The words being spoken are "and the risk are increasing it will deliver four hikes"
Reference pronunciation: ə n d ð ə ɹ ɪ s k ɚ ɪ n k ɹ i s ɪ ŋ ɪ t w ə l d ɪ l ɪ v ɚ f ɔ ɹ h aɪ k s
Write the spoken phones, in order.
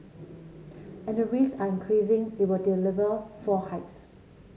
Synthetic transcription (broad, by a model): ə n d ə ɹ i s ɑ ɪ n k ɹ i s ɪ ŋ ɪ t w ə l d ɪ l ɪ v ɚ f ɔ h aɪ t s